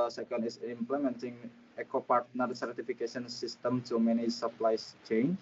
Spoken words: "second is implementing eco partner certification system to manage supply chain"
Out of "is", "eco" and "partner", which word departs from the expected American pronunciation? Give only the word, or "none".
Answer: is